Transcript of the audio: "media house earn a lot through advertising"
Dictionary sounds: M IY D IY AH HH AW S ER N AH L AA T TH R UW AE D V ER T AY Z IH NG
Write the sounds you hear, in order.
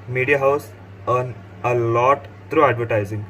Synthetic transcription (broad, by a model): M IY D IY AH HH AW S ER N AH L AA T T R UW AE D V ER T AY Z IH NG